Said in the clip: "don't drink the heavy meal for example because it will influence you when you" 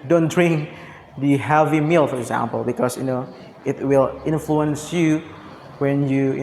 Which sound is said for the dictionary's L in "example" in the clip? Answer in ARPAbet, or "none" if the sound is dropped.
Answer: L